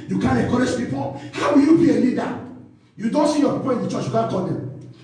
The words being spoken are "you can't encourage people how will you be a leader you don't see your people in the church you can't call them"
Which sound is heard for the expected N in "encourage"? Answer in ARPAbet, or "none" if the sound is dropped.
none